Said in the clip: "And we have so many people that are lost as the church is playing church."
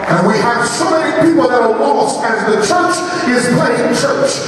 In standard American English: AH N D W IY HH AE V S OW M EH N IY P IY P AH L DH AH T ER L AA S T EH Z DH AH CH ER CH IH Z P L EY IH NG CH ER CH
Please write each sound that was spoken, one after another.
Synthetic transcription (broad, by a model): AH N W IY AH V S OW M EH N IY P IY P L DH AH T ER W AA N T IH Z DH AH CH ER CH IH Z P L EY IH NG CH ER CH